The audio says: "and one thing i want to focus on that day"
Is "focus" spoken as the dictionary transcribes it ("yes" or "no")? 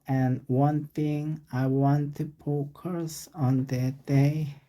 no